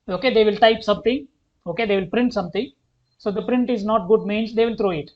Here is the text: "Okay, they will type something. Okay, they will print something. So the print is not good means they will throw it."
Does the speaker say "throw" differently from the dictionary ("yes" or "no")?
yes